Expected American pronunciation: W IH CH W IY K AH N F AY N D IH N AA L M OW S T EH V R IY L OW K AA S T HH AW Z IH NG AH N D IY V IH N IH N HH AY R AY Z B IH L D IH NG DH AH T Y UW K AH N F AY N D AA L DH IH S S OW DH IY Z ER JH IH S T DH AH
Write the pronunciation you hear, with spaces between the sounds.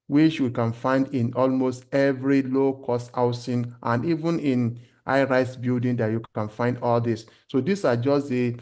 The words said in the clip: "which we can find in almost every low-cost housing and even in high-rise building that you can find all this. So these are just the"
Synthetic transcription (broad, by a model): W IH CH W IY K AH N F AY N D IH N AA L M OW S T EH V R IY L OW K AA S T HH AW S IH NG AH N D IY V IH N IH N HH AY R AY S B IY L D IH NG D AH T Y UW K AH N F AY N D AA L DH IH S S OW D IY S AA JH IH S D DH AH